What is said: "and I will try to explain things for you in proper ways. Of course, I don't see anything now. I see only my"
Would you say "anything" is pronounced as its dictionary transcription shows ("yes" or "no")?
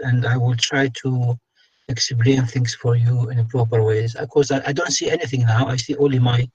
yes